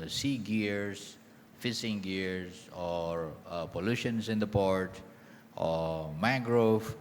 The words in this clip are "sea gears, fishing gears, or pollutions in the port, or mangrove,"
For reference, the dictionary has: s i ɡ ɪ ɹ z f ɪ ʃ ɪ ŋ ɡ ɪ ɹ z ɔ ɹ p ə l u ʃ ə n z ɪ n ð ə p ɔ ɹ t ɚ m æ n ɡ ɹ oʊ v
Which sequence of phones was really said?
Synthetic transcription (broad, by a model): s i ɡ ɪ ɹ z f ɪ s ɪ ŋ ɡ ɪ ɹ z ɔ ɹ p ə l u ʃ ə n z ɪ n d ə p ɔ ɹ t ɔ m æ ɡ ɹ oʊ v